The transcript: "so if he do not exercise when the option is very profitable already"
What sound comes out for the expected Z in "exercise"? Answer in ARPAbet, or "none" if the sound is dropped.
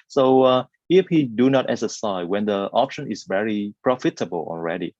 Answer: none